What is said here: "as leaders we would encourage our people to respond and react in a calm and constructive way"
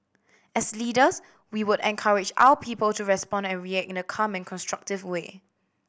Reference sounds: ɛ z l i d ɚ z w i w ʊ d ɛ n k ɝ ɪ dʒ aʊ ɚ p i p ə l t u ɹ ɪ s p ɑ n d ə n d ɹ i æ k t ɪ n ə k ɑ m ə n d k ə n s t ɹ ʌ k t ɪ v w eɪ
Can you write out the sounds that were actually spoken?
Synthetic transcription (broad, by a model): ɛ s l i d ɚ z w i w ʊ d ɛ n k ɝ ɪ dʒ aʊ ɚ p i p ə l t u ɹ ɪ s p ɑ n d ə n ɹ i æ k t ɪ n ə k ɑ m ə n k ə n s t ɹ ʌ k t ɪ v w eɪ